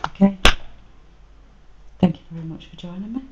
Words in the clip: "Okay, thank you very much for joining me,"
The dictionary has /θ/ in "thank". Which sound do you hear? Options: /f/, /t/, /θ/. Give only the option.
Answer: /θ/